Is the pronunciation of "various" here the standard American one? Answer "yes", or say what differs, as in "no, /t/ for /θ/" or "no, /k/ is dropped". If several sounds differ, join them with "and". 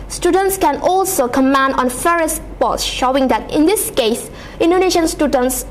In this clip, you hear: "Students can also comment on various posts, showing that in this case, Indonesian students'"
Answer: no, /f/ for /v/